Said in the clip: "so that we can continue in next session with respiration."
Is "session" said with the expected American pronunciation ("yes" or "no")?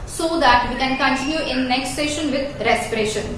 yes